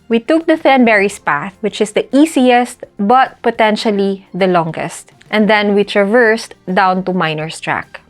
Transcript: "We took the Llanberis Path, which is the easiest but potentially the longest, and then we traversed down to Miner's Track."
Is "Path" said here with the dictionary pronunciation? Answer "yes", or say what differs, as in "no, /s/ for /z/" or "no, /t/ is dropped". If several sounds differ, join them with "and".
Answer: yes